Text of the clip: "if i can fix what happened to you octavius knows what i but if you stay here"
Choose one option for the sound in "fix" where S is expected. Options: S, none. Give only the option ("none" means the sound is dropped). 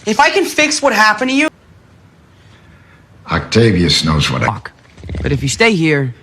S